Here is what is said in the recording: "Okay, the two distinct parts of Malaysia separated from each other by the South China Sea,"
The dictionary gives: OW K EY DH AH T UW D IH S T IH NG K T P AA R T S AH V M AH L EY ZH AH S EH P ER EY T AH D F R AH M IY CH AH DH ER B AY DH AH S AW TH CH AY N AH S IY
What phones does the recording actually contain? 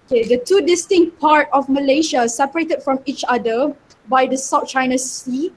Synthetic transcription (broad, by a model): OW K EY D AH T UW D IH S T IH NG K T P AA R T AH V M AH L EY SH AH S EH P ER EY T AH D F R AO M IY CH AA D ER B AY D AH S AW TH CH AY N AH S IY